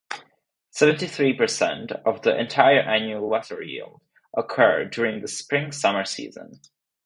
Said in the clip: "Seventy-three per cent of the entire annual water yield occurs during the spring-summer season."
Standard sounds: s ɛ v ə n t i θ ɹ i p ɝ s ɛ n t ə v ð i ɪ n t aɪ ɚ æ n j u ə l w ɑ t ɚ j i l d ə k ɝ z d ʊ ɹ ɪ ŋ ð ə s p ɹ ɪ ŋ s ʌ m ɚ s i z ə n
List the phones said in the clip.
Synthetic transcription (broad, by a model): s ɛ v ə n t i θ ɹ i p ɝ s ɛ n t ə v ð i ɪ n t aɪ ɚ æ n j u ə l w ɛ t ɚ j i l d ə k ɝ d ʊ ɹ ɪ ŋ ð ə s p ɹ ɪ ŋ s ʌ m ɚ s i z ə n